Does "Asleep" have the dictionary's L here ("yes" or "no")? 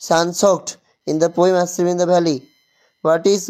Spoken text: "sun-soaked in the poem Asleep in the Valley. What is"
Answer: no